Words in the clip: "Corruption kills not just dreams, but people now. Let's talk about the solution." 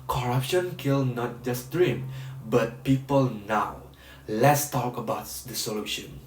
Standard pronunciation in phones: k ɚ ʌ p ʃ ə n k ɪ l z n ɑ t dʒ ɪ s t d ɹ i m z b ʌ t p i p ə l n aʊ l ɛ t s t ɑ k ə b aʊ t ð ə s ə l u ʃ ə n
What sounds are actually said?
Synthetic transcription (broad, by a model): k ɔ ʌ p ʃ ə n k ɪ l n ɑ t dʒ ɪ s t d ɹ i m b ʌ t p i p ə l n aʊ l ɛ t s t ɑ k ə b aʊ t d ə s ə l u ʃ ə n